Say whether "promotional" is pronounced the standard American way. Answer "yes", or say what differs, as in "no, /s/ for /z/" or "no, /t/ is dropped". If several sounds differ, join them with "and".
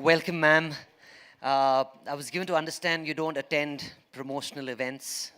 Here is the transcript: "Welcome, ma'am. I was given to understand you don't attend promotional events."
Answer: yes